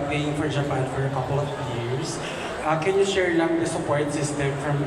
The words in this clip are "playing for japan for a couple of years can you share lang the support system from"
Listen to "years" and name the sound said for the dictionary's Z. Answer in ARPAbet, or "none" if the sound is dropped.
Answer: S